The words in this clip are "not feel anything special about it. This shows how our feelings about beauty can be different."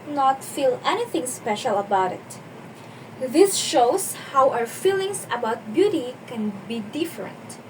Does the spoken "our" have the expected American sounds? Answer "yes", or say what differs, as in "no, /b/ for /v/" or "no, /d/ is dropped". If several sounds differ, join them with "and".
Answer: no, /w/ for /ɹ/